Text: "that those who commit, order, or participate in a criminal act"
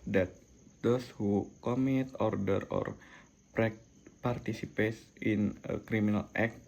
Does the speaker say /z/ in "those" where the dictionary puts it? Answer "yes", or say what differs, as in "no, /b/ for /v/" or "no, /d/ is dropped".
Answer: no, /s/ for /z/